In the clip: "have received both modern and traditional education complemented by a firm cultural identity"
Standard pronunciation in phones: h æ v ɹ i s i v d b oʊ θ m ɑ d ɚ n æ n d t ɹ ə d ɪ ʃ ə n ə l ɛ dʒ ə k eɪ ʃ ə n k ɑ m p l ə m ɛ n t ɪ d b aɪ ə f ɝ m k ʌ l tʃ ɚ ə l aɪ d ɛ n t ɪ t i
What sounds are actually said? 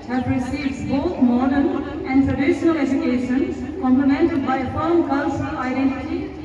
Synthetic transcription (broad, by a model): h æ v ɹ i s i v d b oʊ t m ɑ d ɚ n æ n d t ɹ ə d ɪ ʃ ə n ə l ɛ dʒ ə k eɪ ʃ ə n k ɑ m p l ə m ɛ n t ɪ d b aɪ ə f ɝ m k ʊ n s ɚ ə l aɪ d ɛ n t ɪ t i